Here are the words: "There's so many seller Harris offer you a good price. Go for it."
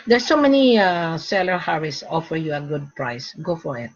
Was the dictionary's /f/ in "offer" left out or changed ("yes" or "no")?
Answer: no